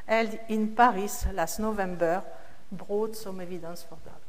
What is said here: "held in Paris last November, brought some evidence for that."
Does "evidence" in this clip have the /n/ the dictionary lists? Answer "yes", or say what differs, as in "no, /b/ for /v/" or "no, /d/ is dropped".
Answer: no, /n/ is dropped